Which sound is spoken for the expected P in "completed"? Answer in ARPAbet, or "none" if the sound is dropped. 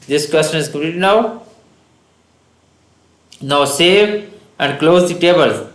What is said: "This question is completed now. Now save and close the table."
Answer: none